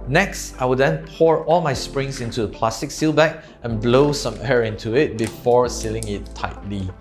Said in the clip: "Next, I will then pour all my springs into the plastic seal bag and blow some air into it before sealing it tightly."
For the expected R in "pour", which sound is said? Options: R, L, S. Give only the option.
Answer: R